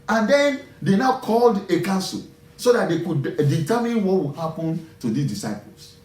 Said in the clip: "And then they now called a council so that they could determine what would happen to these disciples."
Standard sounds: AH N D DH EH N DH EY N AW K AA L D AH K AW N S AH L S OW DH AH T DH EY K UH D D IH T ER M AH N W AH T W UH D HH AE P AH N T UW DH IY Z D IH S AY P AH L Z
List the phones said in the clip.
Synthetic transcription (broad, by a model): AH N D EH N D EY N AW K AA L D AH K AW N S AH L S OW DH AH T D EY K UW D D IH T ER M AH N W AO T W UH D HH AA P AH N T UW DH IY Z D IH S AY P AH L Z